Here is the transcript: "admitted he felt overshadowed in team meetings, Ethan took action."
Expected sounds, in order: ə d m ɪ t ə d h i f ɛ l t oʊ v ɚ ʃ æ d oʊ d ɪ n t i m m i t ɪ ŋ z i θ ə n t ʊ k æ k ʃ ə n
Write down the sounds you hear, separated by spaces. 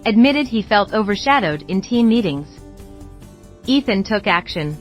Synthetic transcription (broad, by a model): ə d m ɪ t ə d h i f ɛ l t oʊ v ɚ ʃ æ d oʊ d ɪ n t i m m i t ɪ ŋ z i θ ə n t ʊ k æ k ʃ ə n